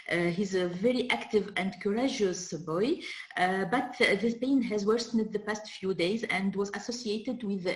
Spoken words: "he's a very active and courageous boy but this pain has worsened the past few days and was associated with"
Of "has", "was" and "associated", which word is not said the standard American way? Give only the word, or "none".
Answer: none